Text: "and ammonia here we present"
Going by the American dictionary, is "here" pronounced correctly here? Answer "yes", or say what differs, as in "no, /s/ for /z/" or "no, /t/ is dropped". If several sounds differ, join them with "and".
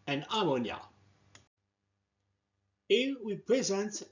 no, /l/ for /ɹ/